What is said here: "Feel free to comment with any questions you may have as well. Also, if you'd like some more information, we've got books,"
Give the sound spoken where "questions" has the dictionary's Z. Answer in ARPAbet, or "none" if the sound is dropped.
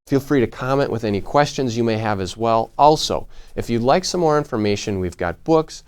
Z